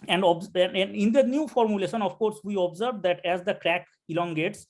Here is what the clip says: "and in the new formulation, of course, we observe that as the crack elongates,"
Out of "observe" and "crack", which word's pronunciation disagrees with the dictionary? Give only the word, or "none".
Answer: none